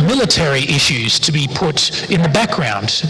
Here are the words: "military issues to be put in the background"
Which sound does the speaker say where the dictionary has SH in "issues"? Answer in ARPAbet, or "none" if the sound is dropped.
SH